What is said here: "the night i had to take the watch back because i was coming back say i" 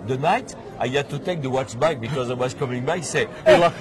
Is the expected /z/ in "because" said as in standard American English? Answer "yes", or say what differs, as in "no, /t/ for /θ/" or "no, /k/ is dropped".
yes